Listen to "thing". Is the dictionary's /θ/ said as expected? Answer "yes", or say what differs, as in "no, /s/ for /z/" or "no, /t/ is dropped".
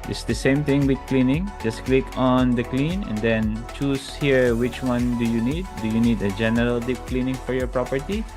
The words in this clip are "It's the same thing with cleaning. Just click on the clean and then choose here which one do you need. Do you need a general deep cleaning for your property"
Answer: no, /t/ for /θ/